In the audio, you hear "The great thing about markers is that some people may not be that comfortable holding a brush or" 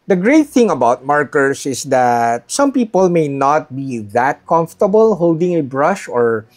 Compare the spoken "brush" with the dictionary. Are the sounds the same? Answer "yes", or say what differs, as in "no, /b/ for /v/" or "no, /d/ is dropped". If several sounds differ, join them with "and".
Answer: yes